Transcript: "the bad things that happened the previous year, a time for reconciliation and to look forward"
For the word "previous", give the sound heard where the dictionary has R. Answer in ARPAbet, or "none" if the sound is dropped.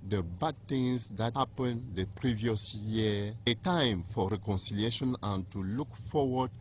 R